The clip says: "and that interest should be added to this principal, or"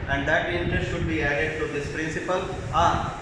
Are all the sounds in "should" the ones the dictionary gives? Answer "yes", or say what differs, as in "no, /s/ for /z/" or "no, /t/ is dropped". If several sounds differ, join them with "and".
yes